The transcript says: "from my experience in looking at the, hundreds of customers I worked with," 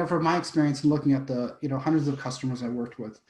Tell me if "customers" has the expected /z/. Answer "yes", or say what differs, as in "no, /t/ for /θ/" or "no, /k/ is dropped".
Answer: yes